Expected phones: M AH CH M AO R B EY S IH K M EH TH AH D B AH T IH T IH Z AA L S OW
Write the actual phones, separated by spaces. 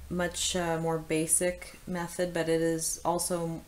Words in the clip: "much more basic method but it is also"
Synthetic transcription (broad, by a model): M AH CH M AO R B EY S IH K M EH TH AH D B AH T IH T IH Z AA L S OW